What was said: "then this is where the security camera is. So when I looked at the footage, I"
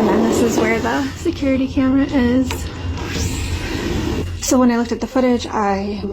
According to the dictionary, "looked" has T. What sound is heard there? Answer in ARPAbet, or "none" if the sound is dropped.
T